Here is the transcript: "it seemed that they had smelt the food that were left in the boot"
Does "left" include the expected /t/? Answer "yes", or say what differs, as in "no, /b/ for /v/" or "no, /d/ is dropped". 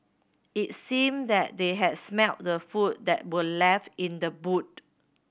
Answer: no, /t/ is dropped